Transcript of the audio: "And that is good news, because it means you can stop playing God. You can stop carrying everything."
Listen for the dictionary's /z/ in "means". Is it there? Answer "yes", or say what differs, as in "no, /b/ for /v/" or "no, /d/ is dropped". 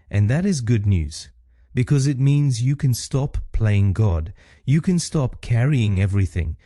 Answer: yes